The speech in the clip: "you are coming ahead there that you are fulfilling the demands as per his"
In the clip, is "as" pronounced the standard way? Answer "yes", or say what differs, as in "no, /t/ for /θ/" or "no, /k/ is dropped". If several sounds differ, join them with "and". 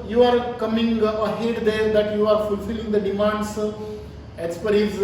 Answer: no, /s/ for /z/